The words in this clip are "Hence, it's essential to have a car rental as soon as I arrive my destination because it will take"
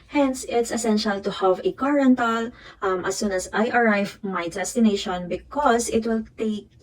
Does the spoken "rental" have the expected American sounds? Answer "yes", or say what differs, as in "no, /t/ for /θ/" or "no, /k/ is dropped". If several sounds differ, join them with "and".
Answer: yes